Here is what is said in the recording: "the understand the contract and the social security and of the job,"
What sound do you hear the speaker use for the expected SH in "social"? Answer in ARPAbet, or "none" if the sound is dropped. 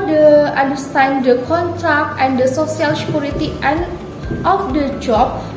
S